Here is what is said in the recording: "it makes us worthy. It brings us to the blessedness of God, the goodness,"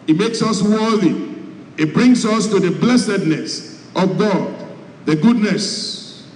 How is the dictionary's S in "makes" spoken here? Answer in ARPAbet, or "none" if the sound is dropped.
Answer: S